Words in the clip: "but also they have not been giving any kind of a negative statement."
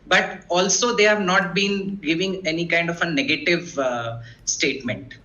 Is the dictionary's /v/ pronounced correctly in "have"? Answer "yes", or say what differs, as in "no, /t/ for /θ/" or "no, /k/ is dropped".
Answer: yes